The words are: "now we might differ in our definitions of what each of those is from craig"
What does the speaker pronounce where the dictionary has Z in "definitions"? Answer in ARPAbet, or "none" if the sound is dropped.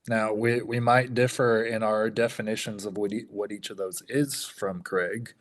Z